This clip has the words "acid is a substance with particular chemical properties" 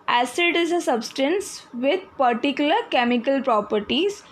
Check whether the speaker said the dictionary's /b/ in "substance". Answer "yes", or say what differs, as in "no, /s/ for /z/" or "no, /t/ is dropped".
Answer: yes